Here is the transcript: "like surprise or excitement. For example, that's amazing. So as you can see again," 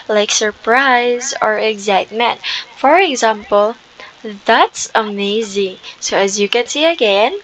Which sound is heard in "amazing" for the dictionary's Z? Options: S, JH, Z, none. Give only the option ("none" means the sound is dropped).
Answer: Z